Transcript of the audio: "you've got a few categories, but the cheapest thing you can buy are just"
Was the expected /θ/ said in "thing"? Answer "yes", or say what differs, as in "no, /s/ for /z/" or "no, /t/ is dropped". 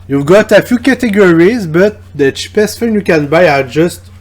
no, /f/ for /θ/